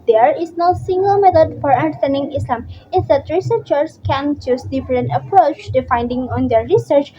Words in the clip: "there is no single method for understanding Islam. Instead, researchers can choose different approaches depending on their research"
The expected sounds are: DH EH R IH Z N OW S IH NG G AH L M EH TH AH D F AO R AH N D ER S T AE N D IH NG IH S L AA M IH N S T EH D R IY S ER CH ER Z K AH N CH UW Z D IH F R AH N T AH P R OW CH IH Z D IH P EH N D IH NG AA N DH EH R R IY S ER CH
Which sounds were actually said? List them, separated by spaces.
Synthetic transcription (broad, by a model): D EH R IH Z N OW S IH NG G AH L M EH T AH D F AO R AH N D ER S T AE N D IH NG IH S L AA M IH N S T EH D R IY S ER CH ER S K AH N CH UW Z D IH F R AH N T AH P R OW CH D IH F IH N D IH NG AA N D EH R R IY S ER CH